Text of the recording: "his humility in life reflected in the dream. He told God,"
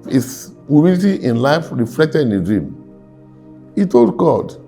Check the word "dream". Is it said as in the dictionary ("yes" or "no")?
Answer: yes